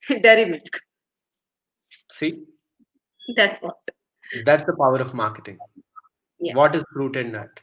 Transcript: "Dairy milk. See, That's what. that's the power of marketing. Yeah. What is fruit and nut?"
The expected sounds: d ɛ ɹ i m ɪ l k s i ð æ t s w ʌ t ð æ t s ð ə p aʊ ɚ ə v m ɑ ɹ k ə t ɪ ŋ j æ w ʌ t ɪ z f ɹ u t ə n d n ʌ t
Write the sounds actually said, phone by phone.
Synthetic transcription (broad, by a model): d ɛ ɹ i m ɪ k s i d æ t s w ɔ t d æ t s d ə p aʊ ɚ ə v m ɑ ɹ k ə t ɪ ŋ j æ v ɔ t ɪ z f ɹ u t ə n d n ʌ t